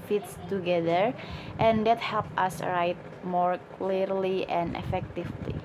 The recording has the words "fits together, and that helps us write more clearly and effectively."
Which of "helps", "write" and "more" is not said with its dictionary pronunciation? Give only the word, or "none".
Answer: helps